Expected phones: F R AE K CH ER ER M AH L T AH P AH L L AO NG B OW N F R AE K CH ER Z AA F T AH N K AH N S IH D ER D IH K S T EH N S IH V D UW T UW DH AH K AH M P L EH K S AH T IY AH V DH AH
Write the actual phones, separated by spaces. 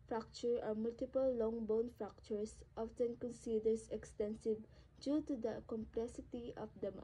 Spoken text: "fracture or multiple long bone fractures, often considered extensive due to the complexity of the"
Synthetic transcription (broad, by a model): F R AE K CH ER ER M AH L T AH P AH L L AO NG B OW N F R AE K CH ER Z AA F T AH N K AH N S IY D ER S IH K S T EH N S IH V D UW T UW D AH K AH M P L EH S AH T IY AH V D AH